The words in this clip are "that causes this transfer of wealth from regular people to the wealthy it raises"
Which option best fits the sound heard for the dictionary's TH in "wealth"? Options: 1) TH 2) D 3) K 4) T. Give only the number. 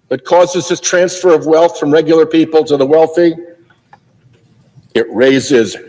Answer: 1